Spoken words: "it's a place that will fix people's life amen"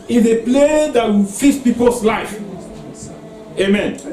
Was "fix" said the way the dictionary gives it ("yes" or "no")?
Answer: no